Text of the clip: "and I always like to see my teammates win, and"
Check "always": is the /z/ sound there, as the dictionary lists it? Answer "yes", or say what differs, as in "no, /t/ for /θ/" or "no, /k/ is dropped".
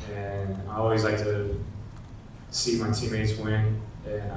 yes